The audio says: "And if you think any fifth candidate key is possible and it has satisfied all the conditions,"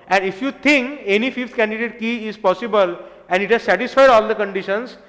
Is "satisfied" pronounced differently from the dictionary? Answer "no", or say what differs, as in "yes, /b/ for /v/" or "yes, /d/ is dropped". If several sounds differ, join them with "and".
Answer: no